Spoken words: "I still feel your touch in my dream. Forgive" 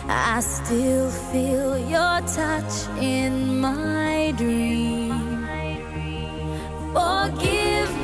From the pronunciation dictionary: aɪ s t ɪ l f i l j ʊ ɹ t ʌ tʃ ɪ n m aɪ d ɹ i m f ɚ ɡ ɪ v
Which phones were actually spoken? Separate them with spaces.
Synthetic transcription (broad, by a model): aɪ s t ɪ l f i l j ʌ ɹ t ʌ tʃ ɪ n m aɪ d ɹ i m f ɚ ɡ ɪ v